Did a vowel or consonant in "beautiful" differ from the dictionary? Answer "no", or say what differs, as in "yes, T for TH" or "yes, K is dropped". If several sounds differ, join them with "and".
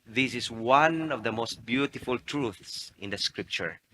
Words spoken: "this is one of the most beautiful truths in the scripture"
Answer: no